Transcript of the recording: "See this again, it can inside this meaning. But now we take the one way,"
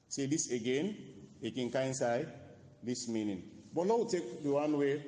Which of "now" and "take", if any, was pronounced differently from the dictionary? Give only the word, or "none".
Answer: now